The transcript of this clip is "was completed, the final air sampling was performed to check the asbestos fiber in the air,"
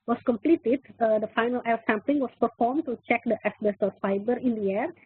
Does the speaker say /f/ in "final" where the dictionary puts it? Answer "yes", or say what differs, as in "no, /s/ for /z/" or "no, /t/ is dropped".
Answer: yes